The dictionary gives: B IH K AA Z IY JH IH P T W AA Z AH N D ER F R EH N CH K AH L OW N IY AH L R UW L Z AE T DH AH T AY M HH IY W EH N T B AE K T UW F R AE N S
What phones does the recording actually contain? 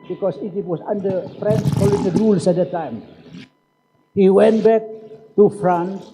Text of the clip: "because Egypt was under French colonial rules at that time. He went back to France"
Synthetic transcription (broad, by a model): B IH K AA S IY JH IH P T W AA S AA N D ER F R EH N S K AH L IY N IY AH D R UW L S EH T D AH T AY M HH IY W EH N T B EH K T UW F R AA N S